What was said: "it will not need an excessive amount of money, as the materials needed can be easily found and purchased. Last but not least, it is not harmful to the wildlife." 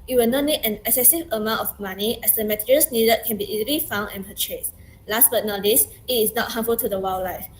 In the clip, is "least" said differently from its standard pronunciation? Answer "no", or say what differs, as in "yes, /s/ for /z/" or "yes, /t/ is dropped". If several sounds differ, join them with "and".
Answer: yes, /t/ is dropped